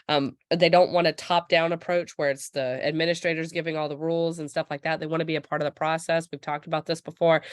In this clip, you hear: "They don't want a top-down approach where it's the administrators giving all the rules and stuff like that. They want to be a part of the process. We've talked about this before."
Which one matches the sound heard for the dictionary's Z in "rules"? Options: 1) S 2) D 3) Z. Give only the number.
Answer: 3